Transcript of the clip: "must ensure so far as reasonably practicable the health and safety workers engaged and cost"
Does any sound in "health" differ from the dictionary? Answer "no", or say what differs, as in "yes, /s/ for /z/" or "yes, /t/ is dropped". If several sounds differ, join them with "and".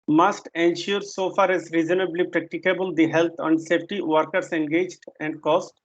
yes, /t/ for /θ/